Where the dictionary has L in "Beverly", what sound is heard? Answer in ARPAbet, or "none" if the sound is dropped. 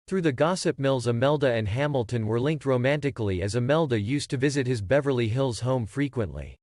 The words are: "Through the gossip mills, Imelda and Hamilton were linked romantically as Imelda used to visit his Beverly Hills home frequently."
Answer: L